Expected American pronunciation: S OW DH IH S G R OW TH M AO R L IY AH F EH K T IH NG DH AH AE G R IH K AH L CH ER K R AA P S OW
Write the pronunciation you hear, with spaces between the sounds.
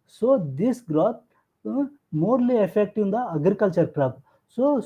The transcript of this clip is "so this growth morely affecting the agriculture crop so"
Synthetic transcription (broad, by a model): S OW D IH S G R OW T M AO R L IY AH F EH K T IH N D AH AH G R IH K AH L CH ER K R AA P S OW